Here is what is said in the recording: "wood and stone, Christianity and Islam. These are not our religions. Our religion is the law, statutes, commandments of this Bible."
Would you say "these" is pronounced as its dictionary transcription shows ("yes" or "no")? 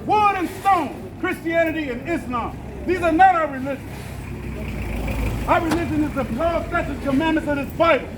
yes